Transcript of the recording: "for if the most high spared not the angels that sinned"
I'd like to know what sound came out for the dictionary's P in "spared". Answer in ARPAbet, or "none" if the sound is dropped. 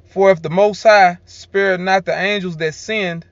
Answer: P